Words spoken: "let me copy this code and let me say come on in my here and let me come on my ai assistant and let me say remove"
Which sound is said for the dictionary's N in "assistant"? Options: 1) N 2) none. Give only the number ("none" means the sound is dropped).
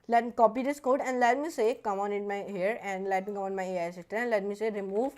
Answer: 2